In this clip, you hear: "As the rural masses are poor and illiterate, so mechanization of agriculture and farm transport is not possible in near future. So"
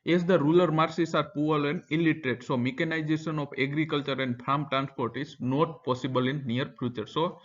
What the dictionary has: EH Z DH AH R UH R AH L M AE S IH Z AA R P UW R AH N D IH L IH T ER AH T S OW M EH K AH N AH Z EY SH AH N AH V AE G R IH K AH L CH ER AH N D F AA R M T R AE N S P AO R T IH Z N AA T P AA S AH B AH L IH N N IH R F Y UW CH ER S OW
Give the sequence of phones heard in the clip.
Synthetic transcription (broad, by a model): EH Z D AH R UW L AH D M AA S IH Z AA R P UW L AH N D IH L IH T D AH T S OW M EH K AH N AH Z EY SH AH N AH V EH G R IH K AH L CH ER AH N D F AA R M T R AE N S P AO R T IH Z N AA T P AA S AH B AH L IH N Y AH R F Y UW CH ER S OW